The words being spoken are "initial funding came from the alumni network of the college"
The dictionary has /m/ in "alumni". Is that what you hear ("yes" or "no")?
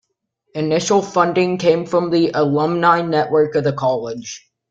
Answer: yes